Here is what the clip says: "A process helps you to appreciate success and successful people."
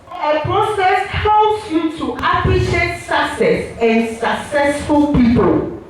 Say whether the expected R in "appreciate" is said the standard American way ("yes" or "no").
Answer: no